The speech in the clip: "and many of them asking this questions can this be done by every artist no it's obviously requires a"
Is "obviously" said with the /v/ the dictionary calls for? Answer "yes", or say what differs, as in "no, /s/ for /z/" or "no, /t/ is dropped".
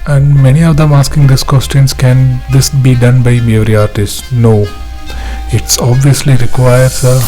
yes